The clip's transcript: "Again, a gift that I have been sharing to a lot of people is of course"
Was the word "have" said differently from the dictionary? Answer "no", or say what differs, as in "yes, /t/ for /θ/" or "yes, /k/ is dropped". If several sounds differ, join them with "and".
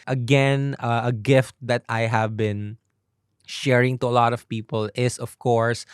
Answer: no